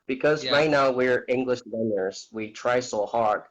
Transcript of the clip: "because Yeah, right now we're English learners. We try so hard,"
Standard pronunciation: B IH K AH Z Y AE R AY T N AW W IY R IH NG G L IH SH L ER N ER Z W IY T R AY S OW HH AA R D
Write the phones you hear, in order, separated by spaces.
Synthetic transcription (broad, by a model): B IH K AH Z R AY T N AW W IY R IH NG G L IH SH W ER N ER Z W IY T R AY S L HH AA R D